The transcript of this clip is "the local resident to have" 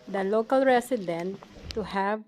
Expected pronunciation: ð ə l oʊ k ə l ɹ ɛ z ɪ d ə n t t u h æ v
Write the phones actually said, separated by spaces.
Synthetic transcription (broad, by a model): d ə l oʊ k ə l ɹ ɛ s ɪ d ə n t t u h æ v